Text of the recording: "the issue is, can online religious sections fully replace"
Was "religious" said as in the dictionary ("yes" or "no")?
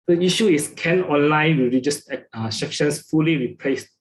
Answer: no